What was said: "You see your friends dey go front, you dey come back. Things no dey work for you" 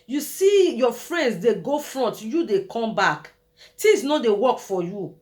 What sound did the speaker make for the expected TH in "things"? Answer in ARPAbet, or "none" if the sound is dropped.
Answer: T